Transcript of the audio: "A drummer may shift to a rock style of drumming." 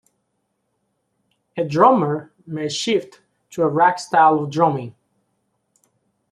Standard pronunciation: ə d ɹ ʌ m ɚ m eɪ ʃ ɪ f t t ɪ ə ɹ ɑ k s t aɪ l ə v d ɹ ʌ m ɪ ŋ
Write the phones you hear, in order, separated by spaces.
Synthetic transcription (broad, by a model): ə d ɹ ʌ m ɚ m eɪ ʃ ɪ f t t ɪ ə ɹ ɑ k s t aɪ l ə v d ɹ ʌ m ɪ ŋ